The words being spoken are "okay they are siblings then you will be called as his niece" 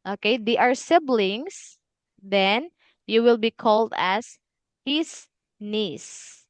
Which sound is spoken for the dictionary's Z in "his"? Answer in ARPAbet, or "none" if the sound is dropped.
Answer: S